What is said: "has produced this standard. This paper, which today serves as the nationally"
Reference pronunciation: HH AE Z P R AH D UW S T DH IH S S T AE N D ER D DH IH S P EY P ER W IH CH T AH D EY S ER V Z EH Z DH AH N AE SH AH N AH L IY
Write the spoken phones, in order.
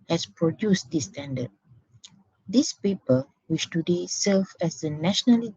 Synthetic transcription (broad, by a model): HH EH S P R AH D UW S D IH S S T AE N D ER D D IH S P EY P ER W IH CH T AH D EY S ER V EH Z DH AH N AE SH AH N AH L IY